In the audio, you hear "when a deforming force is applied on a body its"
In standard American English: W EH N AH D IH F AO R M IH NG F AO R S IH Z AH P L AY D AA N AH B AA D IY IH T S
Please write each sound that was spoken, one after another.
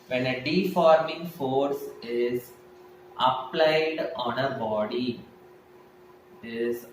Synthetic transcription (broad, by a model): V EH N AH D IH F AO R M IH NG F AO R S IH Z AH P L AY D AA N AH B AA D IY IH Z